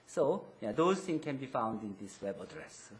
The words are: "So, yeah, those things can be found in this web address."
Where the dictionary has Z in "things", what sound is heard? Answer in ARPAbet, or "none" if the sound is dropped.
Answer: none